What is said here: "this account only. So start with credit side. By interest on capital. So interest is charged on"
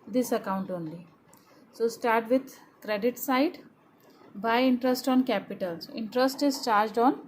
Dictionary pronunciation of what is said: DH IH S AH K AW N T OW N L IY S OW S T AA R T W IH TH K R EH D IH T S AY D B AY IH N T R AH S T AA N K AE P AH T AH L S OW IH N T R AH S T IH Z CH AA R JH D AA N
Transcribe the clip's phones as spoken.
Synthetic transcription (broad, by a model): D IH S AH K AW N T OW N L IY S OW S T AA R T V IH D K R EH D IH T S AY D B AY IH N T R AH S T AA N K AE P AH T AH L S IH N T R AH S T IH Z CH AA R JH D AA N